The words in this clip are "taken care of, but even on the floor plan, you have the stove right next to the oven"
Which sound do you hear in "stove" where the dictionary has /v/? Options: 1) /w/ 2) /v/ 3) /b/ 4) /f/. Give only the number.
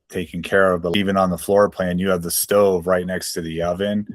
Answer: 2